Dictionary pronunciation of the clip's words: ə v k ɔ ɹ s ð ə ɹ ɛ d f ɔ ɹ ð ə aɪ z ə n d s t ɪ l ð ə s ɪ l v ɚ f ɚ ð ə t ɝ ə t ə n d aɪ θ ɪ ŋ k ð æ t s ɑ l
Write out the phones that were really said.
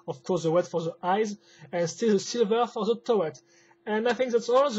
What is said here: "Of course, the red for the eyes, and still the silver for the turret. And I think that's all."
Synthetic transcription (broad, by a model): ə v k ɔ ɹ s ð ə w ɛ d f ɔ ɹ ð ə aɪ z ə n s t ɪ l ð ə s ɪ l v ɚ f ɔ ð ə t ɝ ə t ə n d aɪ θ ɪ ŋ k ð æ t s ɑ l